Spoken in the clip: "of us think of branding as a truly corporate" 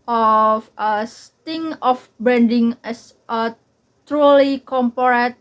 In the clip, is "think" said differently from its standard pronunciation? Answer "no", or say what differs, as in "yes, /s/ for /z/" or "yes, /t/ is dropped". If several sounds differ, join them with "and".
yes, /t/ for /θ/ and /k/ is dropped